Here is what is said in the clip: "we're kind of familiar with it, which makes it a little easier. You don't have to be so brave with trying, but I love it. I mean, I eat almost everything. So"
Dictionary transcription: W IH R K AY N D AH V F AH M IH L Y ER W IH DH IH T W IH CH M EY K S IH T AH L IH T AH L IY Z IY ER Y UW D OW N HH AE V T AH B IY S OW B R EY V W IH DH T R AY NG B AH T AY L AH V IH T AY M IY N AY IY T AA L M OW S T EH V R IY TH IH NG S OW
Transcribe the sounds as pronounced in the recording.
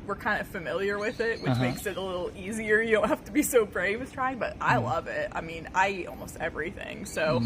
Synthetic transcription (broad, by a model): W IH R K AY N D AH F AH M IH L Y ER W IH DH IH T W IH CH M EY K S IH T AH L IH T L IY Z IY ER Y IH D OW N HH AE F T AH B IY S OW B R EY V W IH DH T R AY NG B AH T AY L AH V IH T AY M IY N AY IY T AA L M OW S T EH V R IY TH IH NG S OW